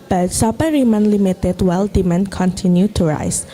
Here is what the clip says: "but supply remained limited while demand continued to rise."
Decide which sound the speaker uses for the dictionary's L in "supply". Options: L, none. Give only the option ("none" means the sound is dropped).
none